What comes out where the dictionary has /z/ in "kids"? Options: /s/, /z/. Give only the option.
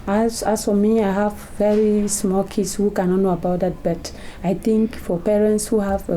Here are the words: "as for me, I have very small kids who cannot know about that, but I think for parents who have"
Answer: /s/